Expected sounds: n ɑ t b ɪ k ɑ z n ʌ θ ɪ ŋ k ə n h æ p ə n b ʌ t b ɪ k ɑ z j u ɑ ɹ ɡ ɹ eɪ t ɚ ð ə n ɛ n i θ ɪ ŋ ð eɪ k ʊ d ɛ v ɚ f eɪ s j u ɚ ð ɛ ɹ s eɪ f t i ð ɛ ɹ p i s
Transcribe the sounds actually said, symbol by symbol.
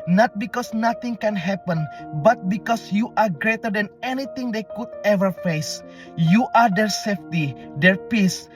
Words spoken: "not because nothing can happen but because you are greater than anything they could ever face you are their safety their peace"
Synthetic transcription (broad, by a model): n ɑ t b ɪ k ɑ s n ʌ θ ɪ ŋ k ə n h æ p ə n b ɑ t b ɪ k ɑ s j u ɑ ɹ ɡ ɹ eɪ t ɚ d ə n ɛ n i t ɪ ŋ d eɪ k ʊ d ɛ v ɚ f eɪ s j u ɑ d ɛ ɹ s eɪ f t i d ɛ ɹ p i s